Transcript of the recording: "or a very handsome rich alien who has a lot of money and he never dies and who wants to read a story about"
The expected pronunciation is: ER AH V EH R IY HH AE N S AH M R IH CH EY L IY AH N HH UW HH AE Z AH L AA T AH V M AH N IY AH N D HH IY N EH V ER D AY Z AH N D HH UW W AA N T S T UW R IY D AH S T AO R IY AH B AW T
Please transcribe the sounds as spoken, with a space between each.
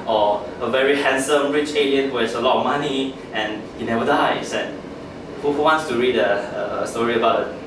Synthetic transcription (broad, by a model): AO AH V EH R IY HH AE N S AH M R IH CH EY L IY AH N HH UW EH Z AH L AA T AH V M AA N IY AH N HH IY N EH V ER D AY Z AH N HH HH UW W AA N T S T UW R IY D AH S T AO R IY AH B AW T